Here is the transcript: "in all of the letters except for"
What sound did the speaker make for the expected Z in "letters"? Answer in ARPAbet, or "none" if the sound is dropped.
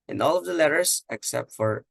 S